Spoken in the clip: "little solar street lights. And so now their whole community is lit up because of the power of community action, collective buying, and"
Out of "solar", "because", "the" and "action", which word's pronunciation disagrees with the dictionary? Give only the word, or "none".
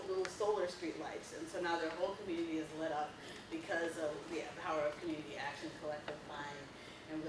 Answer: none